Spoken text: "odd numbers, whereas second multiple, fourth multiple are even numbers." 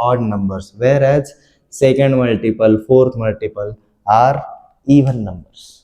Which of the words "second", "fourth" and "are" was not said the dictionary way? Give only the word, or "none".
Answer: fourth